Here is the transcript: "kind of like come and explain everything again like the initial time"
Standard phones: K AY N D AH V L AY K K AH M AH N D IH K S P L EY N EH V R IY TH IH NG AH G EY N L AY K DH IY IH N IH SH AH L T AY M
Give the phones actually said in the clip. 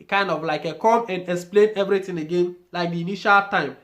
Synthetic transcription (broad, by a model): K AY N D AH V L AY K K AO M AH N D IH K S P L EY N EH V R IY T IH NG AH G EY N L AY K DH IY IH N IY SH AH L T AY M